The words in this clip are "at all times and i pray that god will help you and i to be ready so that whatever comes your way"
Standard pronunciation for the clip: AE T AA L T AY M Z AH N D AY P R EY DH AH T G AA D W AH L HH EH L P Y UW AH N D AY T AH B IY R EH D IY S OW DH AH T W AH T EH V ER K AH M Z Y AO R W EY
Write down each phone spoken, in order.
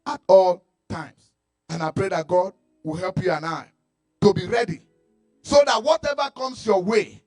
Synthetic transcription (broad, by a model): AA T AA L T AY M S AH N AY P R EY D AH T G AA D W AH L HH EH L P Y UW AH N AY T AH B IY R EH D IY S OW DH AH T W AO T EH V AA K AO M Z Y AO W EY